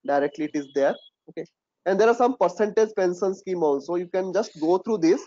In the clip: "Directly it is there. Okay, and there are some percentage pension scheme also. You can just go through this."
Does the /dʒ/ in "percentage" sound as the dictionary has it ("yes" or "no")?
yes